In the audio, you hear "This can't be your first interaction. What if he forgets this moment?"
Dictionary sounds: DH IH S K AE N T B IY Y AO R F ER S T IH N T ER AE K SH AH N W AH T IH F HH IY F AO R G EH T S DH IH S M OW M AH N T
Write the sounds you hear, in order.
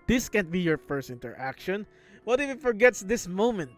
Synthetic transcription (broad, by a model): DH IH S K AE N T B IY Y AO R F ER S T IH N T ER AE K SH AH N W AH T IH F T F AO R G EH T S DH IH S M OW M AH N T